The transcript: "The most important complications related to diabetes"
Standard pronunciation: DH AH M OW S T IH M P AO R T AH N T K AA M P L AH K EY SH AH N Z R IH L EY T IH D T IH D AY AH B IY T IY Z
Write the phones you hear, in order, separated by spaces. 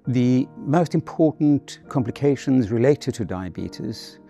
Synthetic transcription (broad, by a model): DH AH M OW S T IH M P AO R T N K AA M P L AH K EY SH AH N Z R IH L EY T IH D T IH D AY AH B IY T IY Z